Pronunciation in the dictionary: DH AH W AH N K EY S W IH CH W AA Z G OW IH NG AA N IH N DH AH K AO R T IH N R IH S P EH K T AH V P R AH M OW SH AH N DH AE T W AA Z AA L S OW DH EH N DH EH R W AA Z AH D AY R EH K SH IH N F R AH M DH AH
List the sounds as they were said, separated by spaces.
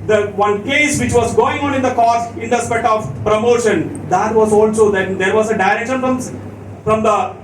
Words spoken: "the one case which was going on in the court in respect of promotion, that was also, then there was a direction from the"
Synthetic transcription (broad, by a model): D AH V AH N K EY S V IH CH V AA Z G OW IH NG AA N IH N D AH K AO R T IH N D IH S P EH T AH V P R AH M OW SH AH N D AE T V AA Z AA L S OW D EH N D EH R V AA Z AH D AY R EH K SH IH N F R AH M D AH